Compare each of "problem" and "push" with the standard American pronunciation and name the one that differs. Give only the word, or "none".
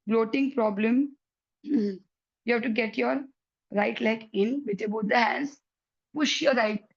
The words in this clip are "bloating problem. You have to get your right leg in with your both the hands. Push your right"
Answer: none